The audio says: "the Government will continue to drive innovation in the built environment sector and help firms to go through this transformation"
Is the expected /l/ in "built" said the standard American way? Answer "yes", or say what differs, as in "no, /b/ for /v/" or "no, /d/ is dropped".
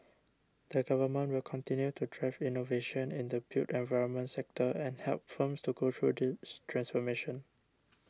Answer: no, /l/ is dropped